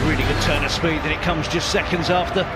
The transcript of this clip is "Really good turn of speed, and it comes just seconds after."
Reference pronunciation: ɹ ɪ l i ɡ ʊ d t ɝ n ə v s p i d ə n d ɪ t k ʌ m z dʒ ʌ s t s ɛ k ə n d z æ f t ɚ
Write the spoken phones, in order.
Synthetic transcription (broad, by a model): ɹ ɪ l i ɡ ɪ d t ɝ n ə s p i d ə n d ɪ t k ʌ m z dʒ ʌ s t s ɛ k ə n d z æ f t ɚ